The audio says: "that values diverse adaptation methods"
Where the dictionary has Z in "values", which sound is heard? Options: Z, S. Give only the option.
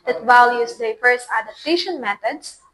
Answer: S